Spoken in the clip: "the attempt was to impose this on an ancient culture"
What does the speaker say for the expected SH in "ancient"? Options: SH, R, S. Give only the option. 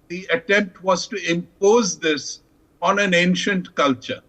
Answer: SH